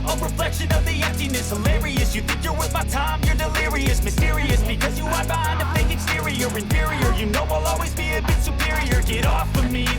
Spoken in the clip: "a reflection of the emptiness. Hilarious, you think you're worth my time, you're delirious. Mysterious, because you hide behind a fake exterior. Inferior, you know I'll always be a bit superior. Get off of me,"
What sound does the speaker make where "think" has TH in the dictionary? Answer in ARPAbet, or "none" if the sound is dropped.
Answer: TH